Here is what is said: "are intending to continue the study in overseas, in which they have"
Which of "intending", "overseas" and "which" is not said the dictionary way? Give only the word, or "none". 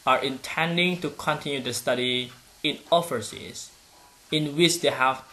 overseas